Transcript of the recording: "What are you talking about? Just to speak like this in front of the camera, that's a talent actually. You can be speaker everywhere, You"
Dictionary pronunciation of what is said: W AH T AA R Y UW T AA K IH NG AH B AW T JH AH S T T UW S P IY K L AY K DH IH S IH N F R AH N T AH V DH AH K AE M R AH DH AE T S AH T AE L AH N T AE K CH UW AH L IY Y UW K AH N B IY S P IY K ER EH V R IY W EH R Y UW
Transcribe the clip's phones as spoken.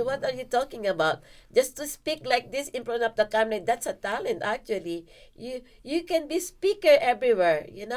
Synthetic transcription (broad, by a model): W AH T AA R Y UW T AA K IH NG AH B AW T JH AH S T T UW S P IY K L AY K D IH S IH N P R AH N AH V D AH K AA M L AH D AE T S AH T AE L AH N T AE K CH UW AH L IY Y UW K AH N B IY S P IY K ER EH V R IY W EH R Y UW